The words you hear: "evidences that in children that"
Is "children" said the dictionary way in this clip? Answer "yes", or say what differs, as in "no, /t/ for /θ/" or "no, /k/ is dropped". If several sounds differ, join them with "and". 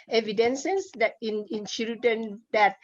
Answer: no, /ɹ/ is dropped